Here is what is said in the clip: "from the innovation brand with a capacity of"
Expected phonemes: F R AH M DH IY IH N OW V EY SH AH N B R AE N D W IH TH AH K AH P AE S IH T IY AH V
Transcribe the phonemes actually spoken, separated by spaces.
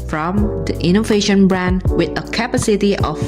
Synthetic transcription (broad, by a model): F R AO M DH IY IH N OW V EY SH AH N B R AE N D W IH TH AH K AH P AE S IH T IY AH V